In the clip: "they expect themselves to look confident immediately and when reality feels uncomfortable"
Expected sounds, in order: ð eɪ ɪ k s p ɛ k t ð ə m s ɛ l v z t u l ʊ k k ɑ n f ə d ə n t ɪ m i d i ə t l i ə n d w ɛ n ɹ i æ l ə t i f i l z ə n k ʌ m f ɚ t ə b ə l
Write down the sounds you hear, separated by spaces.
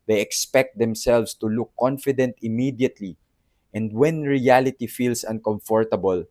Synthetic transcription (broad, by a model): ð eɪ ɪ k s p ɛ k t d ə m s ɛ l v s t u l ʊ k k ɑ n f ə d ə n t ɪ m i d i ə t l i ə n d w ɛ n ɹ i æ l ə t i f i l s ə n k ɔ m f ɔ t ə b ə l